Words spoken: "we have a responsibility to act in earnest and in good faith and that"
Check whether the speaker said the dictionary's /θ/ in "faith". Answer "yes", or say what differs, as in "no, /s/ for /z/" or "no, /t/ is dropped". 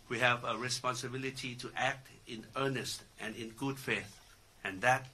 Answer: yes